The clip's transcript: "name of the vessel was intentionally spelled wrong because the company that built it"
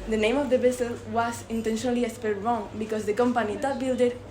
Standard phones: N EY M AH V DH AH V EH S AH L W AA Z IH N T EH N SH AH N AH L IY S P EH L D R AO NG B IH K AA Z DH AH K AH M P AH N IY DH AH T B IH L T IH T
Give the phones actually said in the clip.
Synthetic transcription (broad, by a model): N EY M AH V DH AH B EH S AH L W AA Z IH N T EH N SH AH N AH L IY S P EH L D R AO NG B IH K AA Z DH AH K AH M P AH N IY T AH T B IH L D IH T